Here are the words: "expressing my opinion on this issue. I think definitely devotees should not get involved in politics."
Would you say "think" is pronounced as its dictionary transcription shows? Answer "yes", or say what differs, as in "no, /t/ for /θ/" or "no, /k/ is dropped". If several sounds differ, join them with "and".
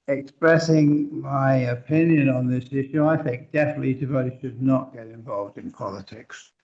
yes